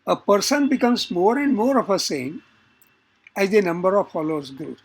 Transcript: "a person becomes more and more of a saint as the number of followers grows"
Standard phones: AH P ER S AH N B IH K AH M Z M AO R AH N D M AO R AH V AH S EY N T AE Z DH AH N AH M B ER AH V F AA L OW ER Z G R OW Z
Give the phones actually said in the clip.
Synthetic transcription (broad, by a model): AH P ER S AH N B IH K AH M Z M AO R AH N D M AO R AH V AH S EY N AE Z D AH N AH M B ER AH V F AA L OW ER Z G R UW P